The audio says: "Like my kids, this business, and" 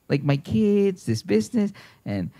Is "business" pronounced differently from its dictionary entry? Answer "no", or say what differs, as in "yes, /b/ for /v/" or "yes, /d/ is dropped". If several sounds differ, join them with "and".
no